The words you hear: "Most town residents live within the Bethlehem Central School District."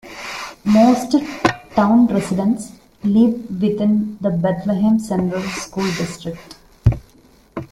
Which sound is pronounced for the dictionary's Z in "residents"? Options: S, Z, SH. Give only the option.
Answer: S